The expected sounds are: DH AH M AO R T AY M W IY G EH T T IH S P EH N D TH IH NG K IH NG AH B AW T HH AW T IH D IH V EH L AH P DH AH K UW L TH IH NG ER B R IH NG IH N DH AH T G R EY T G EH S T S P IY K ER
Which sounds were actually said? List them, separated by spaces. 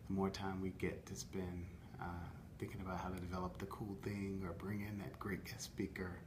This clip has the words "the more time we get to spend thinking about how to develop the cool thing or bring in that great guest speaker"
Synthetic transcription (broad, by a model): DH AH M AO R T AY M W IY G EH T T IH S P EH N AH TH IH NG K IH NG AH B AW T HH AW T IH D IH V EH L AH P DH AH K UW L TH IH NG ER B R IH NG IH N DH AH T G R EY T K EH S S P IY K ER